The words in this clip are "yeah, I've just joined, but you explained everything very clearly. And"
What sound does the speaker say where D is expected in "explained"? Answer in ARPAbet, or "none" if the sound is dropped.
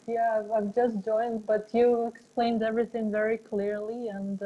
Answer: D